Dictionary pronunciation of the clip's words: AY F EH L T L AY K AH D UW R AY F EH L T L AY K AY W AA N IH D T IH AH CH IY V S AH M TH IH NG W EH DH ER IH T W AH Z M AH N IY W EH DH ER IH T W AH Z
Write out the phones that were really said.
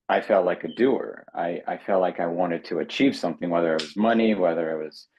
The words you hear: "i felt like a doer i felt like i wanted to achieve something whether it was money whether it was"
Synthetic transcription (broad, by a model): AY F EH L T L AY K AH D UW R AY F EH L T L AY K AY W AA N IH D T IH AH CH IY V S AH M TH IH NG W EH DH ER IH T W AH Z M AH N IY W EH DH ER IH T W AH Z